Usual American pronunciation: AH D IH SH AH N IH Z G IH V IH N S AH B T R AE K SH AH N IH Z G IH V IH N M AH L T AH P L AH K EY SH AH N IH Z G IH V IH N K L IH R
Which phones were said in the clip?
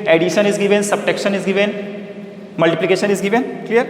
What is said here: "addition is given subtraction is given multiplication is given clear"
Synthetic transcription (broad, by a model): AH D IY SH AH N IH Z G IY V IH N S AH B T EH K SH AH N IH Z G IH V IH N M AH L T AH P L AH K EY SH AH N IH Z G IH V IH N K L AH R